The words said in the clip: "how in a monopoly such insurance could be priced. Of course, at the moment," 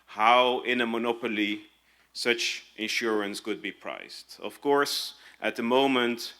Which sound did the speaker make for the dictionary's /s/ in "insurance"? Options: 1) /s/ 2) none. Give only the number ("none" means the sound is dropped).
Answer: 1